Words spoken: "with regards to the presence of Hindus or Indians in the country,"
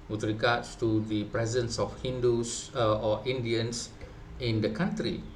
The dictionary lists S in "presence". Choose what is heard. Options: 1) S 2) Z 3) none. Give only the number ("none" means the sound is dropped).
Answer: 1